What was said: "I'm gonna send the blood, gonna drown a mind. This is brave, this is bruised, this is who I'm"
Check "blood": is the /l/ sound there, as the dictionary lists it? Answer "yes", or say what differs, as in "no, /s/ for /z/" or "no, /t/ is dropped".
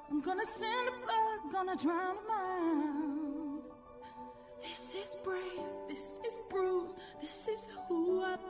no, /l/ is dropped